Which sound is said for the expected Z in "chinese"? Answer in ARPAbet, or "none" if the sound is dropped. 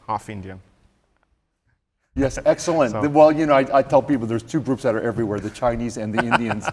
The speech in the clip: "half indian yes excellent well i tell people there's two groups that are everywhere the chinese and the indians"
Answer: Z